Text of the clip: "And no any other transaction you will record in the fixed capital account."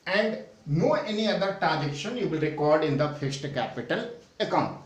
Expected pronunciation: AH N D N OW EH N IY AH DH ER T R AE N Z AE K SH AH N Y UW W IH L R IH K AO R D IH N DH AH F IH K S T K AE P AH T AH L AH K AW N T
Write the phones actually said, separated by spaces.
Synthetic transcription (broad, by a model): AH N D N OW EH N IY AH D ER T R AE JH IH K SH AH N Y UW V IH L R IH K AO R D IH N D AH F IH S T K AE P AH T AH L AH K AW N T